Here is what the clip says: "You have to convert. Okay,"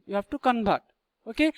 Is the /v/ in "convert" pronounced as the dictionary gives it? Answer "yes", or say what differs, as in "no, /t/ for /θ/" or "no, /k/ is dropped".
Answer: no, /b/ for /v/